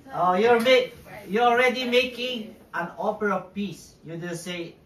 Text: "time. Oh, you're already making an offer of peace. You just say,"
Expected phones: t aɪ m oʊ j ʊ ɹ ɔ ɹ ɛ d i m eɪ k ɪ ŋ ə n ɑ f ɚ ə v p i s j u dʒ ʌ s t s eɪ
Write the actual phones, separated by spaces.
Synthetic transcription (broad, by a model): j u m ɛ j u ɔ ɹ ɛ d i m eɪ k ɪ ŋ ə n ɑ p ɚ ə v p i s j u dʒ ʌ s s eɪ